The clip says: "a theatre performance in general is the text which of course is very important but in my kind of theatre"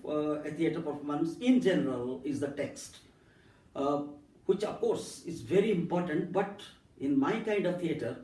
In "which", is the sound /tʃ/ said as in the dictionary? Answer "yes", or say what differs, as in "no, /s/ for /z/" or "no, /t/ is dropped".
yes